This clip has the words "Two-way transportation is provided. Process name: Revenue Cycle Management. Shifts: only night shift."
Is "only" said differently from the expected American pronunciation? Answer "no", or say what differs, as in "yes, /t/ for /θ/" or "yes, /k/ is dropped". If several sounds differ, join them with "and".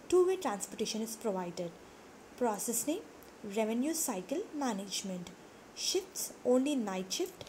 no